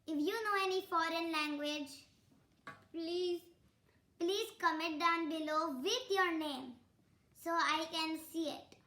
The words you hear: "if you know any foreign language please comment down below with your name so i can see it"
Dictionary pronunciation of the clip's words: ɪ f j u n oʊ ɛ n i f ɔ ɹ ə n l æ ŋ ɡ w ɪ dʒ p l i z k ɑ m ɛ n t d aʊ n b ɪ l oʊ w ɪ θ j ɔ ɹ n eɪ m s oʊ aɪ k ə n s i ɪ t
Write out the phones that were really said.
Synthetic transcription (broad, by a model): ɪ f j u n oʊ ɛ n i f ɔ ɹ ə n l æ ŋ ɡ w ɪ dʒ p l i z k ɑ m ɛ t d aʊ n b ɪ l oʊ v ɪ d j ɔ ɹ n eɪ m s oʊ aɪ k ə n s i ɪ t